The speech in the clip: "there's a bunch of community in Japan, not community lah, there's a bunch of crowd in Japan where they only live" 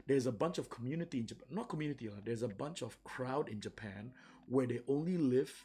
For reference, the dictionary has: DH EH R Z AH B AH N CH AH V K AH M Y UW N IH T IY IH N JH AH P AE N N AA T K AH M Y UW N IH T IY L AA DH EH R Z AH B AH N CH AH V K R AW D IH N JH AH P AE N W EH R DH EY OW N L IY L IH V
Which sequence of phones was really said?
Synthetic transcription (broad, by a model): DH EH R Z AH B AH N CH AH V K AH M Y UW N IH T IY IH N JH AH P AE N N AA T K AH M Y UW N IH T IY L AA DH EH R Z AH B AH N CH AH V K R AW D IH N JH AH P AE N W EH R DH EY OW N L IY L IH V